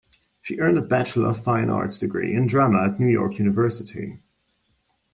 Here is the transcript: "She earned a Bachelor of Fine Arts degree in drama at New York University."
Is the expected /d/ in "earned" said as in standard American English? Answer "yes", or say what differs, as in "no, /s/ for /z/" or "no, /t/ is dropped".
yes